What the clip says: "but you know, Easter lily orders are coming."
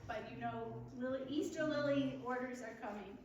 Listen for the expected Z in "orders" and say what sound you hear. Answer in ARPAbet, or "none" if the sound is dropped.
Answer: Z